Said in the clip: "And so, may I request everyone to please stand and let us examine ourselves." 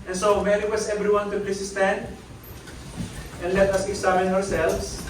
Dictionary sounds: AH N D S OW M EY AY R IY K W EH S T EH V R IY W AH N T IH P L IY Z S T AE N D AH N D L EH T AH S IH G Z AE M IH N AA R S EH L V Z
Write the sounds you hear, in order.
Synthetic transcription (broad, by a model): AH N S OW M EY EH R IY W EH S EH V R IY W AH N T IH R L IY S S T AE N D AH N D L EH T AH S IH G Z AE M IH N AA R S EH L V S